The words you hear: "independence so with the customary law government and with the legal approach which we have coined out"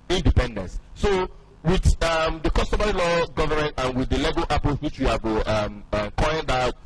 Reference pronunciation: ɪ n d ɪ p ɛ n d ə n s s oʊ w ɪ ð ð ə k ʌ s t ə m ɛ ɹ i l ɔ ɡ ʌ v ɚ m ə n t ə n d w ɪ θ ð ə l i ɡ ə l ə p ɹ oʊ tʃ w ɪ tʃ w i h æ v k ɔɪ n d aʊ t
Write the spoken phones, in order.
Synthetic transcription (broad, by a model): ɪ n d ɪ p ɛ n d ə n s s oʊ w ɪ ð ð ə k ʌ s t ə m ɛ ɹ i l ɔ ɡ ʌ v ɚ m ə n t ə n w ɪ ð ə l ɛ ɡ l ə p oʊ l w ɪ tʃ w i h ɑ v k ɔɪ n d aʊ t